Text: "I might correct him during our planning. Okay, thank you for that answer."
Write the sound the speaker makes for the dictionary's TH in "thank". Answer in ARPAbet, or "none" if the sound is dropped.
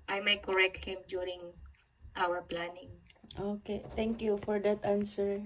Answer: T